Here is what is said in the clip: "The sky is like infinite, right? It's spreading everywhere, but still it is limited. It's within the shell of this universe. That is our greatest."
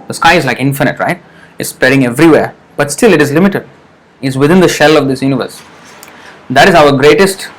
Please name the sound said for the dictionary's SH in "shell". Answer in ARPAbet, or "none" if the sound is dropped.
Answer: SH